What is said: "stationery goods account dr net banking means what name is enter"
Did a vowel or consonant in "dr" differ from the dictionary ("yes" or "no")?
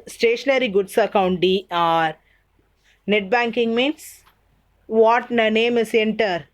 yes